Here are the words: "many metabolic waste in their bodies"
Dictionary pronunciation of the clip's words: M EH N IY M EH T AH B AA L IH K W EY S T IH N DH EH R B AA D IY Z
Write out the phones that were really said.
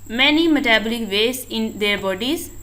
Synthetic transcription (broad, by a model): M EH N IY M EH T AH B AA L IH K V EY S IH N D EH R B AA D IY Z